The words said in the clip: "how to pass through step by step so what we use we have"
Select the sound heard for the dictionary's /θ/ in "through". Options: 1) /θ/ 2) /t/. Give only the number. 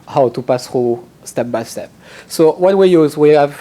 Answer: 2